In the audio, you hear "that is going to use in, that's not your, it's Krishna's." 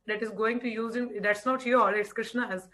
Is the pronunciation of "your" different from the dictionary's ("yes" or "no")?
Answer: yes